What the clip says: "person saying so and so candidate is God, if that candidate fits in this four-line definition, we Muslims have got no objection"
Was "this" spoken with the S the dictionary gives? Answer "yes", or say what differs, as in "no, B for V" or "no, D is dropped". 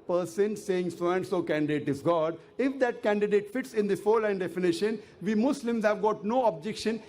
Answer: no, S is dropped